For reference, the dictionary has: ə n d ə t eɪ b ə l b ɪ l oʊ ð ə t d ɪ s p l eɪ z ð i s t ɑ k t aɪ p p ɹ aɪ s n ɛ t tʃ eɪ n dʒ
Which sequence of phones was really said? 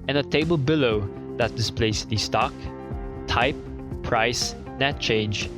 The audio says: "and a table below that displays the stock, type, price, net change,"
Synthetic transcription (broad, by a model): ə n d ə t eɪ b ə l b ɪ l oʊ ð ə t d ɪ s p l eɪ s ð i s t ɑ k t aɪ p p ɹ aɪ s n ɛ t tʃ eɪ n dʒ